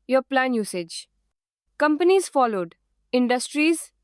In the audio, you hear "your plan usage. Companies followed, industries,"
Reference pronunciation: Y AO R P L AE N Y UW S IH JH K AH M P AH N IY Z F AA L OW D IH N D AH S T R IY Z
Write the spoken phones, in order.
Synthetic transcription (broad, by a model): Y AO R P L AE N Y UW S IH JH K AH M P AH N IY Z F AA L OW D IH N D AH S T R IY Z